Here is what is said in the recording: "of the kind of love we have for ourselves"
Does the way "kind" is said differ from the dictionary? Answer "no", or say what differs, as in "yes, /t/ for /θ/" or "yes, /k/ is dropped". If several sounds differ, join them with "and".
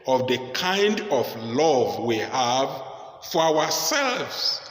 no